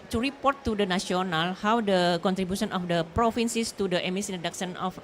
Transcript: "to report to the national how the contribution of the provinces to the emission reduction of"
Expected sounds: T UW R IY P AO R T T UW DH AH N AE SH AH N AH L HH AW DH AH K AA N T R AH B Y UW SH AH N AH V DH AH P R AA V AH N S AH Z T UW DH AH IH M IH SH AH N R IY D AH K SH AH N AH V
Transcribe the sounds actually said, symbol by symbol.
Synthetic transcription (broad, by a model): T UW R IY P AO R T T UW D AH N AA S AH N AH L HH AW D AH K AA N T R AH B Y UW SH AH N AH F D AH P R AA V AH N S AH S T UW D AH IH M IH S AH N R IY D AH K S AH N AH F